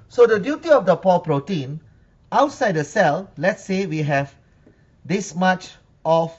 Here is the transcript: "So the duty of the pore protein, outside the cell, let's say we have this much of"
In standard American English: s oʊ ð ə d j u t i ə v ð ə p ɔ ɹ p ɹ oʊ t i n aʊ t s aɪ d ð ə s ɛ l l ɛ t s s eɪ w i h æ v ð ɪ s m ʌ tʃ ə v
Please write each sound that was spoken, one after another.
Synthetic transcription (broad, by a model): s oʊ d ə d j u t i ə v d ə p ɔ l p ɹ oʊ t i n aʊ t s aɪ d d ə s ɛ l l ɛ t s s eɪ w i h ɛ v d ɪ s m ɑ tʃ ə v